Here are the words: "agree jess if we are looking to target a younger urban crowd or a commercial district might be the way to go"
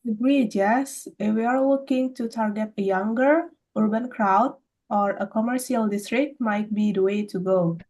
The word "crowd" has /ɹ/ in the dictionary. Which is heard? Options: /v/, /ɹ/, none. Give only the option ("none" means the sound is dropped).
/ɹ/